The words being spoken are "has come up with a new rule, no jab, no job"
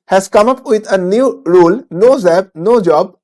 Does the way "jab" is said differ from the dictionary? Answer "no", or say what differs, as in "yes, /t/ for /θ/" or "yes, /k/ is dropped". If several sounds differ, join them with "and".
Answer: yes, /z/ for /dʒ/